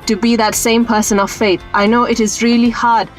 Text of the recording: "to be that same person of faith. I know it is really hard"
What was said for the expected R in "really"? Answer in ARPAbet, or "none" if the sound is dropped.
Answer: R